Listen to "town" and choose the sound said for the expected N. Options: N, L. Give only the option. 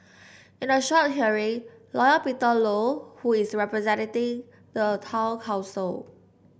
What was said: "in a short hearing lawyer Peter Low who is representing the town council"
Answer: L